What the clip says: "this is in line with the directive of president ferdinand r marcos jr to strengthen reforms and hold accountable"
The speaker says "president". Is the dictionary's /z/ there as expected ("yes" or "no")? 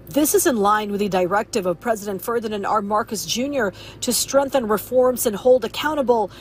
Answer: yes